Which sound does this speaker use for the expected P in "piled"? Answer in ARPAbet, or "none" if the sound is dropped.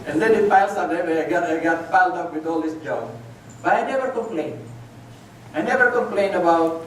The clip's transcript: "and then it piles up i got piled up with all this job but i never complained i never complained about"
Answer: F